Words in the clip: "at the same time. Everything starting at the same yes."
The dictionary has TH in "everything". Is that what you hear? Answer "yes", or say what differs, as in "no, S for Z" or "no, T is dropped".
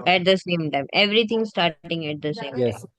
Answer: no, T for TH